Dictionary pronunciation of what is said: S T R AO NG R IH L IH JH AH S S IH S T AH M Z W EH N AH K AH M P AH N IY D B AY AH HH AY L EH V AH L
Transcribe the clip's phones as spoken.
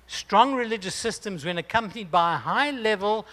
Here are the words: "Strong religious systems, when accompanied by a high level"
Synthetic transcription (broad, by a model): S T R AO NG R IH L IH JH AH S S IH S T AH M Z W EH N AH K AH M P AH N IY D B AY AH HH AY L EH V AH L